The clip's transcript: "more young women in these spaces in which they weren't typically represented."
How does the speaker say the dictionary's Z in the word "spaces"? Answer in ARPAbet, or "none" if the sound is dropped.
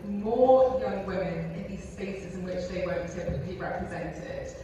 Z